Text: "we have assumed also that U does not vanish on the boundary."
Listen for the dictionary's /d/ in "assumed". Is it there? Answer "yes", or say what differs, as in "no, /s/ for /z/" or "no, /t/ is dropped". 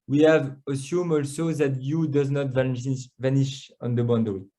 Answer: no, /d/ is dropped